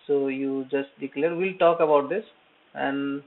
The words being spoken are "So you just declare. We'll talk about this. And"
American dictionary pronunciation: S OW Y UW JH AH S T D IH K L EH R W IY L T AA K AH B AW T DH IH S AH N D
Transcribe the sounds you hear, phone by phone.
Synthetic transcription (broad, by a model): S OW Y UW JH AH S T D IH K L EH R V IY L T AA K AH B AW T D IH S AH N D